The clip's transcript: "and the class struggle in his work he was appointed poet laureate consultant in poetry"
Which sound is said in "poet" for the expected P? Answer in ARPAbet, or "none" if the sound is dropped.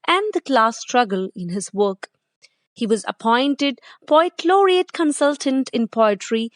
B